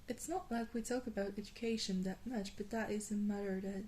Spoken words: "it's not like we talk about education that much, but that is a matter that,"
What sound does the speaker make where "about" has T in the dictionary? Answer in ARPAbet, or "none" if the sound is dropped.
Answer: T